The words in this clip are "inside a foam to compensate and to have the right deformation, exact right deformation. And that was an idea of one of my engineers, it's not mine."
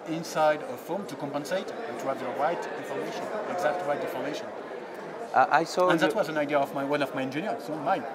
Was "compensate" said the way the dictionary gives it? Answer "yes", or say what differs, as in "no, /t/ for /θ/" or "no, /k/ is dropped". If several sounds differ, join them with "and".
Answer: yes